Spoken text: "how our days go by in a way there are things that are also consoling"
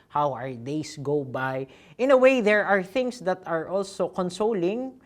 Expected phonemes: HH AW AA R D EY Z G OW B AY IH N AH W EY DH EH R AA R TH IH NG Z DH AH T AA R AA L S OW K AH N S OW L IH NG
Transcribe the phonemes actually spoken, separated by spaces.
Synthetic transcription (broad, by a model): HH AW AA R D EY S G OW B AY IH N AH W EY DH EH R AA R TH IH NG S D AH T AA R AA L S OW K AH N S OW L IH NG